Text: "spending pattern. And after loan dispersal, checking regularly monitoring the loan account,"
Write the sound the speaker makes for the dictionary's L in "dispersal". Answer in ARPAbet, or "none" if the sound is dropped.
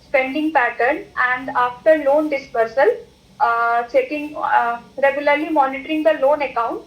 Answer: L